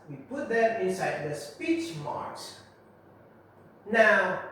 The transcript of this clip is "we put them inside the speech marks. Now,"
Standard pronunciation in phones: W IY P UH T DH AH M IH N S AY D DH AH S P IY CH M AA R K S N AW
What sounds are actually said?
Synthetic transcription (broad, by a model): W IY P UH T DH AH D IH N S AY D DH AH S P IY CH M AA R K S N AW